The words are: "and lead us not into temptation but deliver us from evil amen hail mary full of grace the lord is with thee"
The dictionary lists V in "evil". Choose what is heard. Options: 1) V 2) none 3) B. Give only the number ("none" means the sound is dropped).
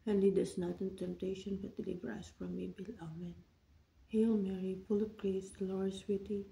3